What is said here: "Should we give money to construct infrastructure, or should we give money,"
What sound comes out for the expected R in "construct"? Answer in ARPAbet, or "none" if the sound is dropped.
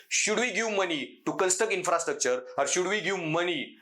none